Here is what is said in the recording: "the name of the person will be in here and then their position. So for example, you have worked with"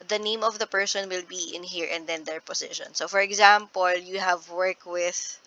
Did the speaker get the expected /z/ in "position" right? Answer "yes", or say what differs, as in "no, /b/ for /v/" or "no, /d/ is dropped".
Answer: no, /s/ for /z/